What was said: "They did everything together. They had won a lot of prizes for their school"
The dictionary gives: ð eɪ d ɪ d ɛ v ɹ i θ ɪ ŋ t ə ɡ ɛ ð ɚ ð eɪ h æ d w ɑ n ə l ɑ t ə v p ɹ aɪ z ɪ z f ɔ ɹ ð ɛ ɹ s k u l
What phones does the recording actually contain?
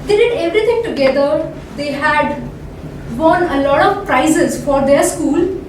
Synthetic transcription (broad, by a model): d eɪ d ɪ d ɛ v ɹ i t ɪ ŋ t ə ɡ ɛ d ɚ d eɪ h æ d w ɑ n ə l ɑ t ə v p ɹ aɪ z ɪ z f ɔ ɹ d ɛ ɹ s k u l